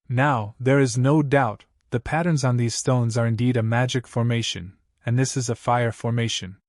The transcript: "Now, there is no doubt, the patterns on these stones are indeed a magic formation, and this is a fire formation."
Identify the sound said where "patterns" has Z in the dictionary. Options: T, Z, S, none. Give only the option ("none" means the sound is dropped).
Z